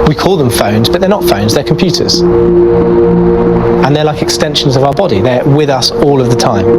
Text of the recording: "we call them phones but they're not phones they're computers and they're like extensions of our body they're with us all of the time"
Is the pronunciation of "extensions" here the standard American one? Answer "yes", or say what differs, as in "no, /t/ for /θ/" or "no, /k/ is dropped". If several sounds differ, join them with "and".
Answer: yes